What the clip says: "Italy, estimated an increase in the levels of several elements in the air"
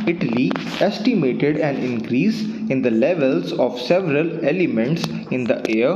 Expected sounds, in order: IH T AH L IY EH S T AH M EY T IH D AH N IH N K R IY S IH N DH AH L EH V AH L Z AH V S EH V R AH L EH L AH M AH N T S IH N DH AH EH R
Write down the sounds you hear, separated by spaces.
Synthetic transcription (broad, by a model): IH T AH L IY EH S T AH M EY T IH D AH N IH N K R IY S IH N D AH L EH V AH L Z AH V S EH V R AH L EH L AH M AH N T S IH N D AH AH R